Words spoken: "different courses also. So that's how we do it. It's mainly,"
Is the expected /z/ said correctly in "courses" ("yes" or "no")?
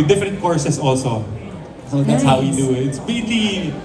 no